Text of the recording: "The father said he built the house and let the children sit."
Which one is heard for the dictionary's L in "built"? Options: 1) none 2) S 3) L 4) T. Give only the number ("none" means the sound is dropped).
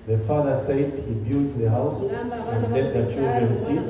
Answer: 1